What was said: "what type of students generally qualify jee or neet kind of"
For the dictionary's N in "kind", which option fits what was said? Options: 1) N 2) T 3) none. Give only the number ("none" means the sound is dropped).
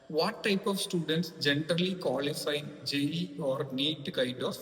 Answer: 3